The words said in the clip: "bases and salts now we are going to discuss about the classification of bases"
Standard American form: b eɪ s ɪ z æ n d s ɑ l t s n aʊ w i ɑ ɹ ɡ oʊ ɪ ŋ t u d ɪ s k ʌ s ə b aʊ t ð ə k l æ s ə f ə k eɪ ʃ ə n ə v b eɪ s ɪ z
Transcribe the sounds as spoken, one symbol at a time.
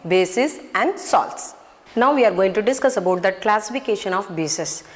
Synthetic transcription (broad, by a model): b eɪ s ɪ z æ n d s ɑ l t s n aʊ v i ɑ ɹ ɡ oʊ ɪ ŋ t u d ɪ s k ʌ s ə b aʊ t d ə k l æ s ə f ə k eɪ ʃ ə n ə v b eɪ s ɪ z